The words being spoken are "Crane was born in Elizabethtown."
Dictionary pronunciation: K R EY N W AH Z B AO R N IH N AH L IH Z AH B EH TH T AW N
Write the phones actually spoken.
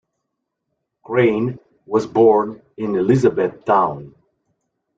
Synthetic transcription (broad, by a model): K R EY N W AH Z B AO R N IH N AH L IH Z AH B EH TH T AW N